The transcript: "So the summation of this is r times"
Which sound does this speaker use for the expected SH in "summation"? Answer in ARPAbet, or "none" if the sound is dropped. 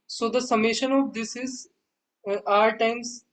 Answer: SH